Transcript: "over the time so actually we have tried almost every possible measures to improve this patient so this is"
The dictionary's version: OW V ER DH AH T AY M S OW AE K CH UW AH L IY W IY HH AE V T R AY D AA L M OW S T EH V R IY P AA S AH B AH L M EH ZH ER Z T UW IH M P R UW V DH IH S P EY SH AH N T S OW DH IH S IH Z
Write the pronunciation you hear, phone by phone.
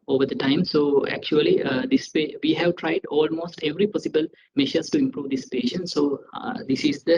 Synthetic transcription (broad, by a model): OW V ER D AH T AY M S OW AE K CH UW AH L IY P IY HH AE V T R AY D AA L M OW S T EH V R IY P AA S AH B AH L M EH SH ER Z T UW IH M P R UW V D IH S P EY SH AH N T S OW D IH S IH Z